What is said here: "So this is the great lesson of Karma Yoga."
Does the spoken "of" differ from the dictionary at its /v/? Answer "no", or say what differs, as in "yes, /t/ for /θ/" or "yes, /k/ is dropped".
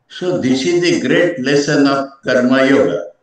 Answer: yes, /p/ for /v/